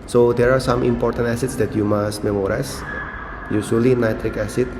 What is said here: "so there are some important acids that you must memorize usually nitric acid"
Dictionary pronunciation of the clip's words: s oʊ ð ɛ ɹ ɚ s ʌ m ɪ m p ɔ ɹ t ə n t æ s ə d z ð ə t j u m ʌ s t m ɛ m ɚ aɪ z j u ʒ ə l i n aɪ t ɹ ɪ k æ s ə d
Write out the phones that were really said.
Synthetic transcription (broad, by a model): s oʊ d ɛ ɹ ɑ s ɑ m ɪ m p ɔ ɹ t ə n t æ s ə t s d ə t j u m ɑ s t m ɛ m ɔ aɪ s j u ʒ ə l i n aɪ t ɹ ɪ k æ s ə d